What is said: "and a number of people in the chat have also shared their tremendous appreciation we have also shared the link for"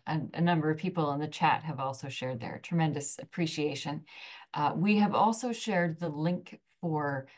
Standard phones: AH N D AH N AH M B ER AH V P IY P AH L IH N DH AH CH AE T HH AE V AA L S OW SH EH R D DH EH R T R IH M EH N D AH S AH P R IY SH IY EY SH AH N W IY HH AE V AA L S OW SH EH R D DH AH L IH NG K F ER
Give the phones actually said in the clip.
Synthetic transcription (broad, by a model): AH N AH N AH M B ER AH V P IY P L IH N DH AH CH AE T HH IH V AA L S OW SH EH R D DH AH R T R IH M EH N D AH S AH P R IY SH IY EY SH AH N W IY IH V AA L S OW SH EH R D DH AH L IH NG K F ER